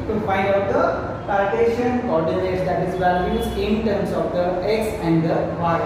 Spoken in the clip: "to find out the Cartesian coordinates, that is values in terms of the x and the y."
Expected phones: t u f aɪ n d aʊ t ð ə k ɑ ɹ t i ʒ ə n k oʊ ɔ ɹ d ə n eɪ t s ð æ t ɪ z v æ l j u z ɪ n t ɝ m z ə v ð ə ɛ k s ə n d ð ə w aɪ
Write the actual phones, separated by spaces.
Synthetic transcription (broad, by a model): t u f aɪ n d aʊ t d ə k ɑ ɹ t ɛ ʃ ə n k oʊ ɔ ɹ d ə l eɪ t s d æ t ɪ z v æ l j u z ɪ n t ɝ m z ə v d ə ɛ k s ə n d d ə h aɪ